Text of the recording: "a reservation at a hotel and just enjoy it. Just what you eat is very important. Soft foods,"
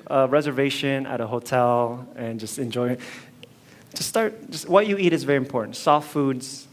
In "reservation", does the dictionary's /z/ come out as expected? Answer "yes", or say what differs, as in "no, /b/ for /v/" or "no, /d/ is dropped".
yes